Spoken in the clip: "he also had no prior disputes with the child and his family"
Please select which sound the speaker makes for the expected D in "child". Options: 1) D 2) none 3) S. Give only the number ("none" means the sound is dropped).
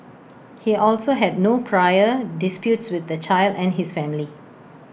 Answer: 1